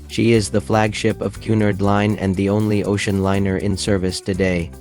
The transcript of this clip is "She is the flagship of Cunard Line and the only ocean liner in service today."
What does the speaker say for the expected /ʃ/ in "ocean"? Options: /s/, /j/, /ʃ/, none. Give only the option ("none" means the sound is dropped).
/ʃ/